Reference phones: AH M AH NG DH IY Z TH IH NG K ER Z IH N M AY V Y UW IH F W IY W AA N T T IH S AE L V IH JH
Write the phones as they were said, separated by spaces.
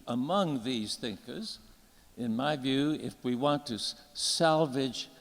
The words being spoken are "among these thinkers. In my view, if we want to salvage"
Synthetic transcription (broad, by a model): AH M AH NG DH IY Z TH IH NG K ER Z IH N M AY V Y UW IH F W IY W AA N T T IH S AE L V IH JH